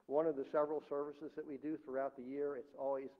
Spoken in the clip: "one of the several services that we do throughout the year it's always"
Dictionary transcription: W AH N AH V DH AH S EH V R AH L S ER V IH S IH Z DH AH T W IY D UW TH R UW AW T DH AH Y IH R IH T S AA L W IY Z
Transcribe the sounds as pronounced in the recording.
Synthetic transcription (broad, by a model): W AH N AH V DH AH S EH V R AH L S ER V IH S IH Z DH AH T W IY D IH TH R UW AW T DH AH Y IH R IH T S AA L W IY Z